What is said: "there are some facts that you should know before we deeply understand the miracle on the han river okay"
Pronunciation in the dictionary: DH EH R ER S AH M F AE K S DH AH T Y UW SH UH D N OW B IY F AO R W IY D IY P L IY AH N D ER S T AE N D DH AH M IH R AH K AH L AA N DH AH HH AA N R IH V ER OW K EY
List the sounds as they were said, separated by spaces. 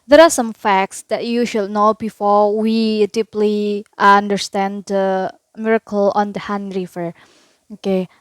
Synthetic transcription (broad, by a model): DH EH R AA S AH M F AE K S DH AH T Y UW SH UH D N OW B IY F AO R W IY D IY P L IY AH N D ER S T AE N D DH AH M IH R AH K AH L AA N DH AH HH AA N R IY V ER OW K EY